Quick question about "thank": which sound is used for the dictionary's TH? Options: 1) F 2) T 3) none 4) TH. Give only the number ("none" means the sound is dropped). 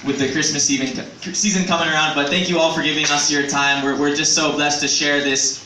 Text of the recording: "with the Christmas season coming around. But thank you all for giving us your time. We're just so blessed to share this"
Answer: 4